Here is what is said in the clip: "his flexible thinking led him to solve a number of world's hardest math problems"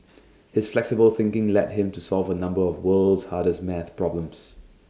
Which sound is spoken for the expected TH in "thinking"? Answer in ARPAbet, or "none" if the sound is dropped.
TH